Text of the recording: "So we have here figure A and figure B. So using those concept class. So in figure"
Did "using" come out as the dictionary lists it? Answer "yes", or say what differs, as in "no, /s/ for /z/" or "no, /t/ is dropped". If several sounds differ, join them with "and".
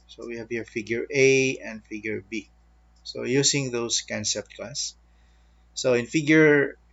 no, /s/ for /z/